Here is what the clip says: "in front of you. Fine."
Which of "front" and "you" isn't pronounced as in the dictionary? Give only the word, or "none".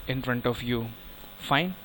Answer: none